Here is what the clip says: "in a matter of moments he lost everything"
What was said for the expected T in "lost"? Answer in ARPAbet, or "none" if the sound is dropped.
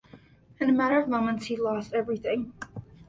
T